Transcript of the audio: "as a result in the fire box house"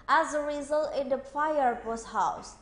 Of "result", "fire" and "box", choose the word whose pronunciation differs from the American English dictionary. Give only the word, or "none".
box